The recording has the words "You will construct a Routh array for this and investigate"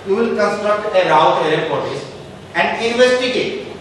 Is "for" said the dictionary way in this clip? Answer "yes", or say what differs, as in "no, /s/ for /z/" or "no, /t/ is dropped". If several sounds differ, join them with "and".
no, /p/ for /f/